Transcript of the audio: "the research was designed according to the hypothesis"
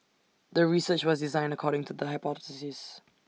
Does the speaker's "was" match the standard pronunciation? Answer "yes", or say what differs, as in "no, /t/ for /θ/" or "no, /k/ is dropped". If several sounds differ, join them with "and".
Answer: yes